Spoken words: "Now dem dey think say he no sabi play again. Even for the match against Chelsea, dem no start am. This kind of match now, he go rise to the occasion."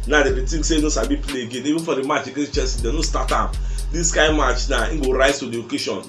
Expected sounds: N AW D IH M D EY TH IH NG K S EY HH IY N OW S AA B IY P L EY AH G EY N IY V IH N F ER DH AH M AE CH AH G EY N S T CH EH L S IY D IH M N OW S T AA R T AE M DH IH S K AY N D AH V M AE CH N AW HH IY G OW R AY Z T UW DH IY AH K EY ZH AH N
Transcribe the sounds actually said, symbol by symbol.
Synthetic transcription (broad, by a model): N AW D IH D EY T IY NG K S EY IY N OW S AA B IY P L EY AH G EY N IY V IH N F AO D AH M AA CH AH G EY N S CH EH S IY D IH N OW S T AA T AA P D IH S K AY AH M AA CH N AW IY G OW R AY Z T UW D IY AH K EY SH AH N